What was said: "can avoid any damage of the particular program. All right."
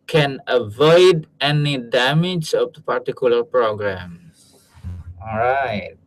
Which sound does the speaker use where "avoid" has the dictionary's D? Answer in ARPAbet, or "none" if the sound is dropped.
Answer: D